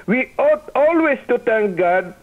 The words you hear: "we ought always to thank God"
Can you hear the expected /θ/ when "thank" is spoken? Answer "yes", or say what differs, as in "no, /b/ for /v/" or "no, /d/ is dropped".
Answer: no, /t/ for /θ/